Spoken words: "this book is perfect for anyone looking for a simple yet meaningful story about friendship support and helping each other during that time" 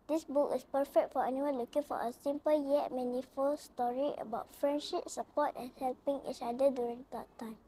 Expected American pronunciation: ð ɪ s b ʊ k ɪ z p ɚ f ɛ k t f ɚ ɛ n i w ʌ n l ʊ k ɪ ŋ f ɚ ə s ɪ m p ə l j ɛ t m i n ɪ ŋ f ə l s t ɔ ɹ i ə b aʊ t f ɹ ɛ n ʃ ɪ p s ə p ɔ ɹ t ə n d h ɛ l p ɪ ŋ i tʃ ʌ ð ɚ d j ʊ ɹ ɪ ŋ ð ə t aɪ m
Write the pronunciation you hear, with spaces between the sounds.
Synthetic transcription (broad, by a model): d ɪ s b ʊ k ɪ s p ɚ f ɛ k t f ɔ ɛ n i w ʌ n l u k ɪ ŋ f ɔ ə s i m p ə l j ɛ t m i n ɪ f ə l s t ɔ ɹ i ə b aʊ t f ɹ ɛ n ʃ ɪ p s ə p ɔ t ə n h ɛ l p ɪ ŋ i tʃ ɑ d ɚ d j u ɹ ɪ ŋ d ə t aɪ m